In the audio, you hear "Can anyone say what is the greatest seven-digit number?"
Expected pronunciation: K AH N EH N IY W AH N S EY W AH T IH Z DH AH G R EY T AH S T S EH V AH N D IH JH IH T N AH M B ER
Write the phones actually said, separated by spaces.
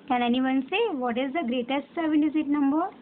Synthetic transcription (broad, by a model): K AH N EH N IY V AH N S EY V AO T IH Z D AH G R EY T AH S T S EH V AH N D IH Z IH T N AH M B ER